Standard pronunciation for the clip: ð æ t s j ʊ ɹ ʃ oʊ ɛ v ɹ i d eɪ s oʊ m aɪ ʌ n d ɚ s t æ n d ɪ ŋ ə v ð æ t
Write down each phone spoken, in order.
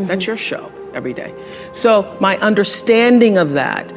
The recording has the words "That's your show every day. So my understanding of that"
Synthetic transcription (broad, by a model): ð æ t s j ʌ ɹ ʃ oʊ ɛ v ɹ i d eɪ s oʊ m aɪ ʌ n d ɚ s t æ n d ɪ ŋ ə v ð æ t